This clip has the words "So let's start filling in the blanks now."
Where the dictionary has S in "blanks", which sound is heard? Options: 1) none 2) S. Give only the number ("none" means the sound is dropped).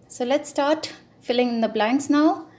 2